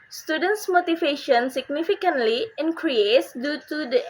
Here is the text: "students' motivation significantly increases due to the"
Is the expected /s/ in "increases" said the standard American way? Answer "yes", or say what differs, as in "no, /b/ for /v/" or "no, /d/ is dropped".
no, /s/ is dropped